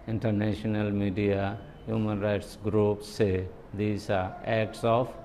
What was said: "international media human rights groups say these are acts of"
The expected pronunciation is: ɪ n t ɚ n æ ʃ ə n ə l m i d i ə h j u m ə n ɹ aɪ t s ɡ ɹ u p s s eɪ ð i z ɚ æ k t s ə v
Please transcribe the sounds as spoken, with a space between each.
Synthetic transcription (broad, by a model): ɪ n t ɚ n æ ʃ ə n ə l m i d i ə h j u m ə n ɹ aɪ t s ɡ ɹ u p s s eɪ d i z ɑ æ k t s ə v